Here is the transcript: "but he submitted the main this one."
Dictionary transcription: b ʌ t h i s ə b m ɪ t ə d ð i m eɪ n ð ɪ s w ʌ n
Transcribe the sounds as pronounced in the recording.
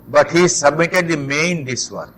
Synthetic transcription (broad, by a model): b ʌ t h i s ə b m ɪ t ə d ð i m eɪ n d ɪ s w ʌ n